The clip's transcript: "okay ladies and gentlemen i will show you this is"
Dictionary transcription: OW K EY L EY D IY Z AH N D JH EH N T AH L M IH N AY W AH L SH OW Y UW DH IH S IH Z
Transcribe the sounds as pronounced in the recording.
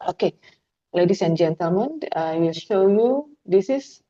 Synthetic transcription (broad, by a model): OW K EY L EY D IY S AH N JH EH N T AH L M IH N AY W AH L SH OW Y UW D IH S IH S